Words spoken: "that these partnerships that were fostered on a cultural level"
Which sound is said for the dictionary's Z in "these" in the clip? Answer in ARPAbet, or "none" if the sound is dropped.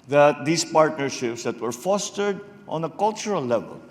S